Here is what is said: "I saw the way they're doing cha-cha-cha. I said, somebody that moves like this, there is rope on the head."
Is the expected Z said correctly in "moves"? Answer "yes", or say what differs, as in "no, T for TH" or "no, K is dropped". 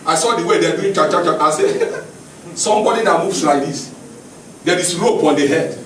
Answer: no, S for Z